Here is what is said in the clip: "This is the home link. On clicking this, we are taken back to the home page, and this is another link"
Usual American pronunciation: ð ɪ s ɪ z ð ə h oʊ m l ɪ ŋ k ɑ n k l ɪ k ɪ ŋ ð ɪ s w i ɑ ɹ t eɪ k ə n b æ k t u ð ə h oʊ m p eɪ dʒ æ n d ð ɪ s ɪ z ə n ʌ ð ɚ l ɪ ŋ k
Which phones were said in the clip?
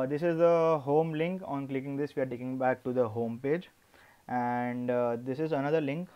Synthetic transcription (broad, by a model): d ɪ s ɪ z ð ə h oʊ m l ɪ ŋ k ɑ n k l ɪ k ɪ ŋ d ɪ s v i ɑ ɹ t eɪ k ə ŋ b æ k t u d ə h oʊ m p eɪ dʒ æ n d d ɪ s ɪ z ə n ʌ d ɚ l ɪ ŋ k